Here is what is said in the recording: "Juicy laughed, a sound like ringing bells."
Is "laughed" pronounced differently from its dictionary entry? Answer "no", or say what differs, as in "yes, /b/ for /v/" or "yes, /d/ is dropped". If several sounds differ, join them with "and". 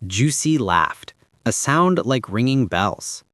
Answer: no